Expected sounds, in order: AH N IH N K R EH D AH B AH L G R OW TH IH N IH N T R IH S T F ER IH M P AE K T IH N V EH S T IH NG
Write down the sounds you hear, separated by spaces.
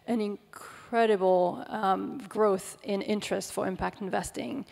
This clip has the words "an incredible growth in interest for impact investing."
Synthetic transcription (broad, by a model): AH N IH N K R EH D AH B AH L G R OW TH IH N IH N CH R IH S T F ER IH M P AE K T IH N V EH S T IH NG